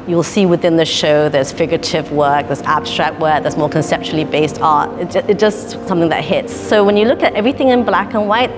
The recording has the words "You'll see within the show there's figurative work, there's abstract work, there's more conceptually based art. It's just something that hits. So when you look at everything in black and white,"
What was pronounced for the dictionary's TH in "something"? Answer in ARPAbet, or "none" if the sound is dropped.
TH